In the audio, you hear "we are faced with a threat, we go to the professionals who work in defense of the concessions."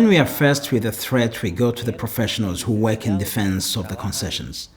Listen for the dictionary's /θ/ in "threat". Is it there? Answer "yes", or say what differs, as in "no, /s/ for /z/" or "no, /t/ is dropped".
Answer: yes